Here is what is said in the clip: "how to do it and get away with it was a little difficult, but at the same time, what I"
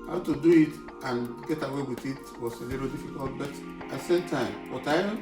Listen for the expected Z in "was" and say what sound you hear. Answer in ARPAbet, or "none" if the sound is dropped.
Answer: S